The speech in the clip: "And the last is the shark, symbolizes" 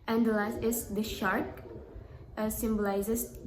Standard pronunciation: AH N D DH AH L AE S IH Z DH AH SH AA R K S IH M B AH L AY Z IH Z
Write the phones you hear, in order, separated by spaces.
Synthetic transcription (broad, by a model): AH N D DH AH L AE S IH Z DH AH SH AA R K S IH M B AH L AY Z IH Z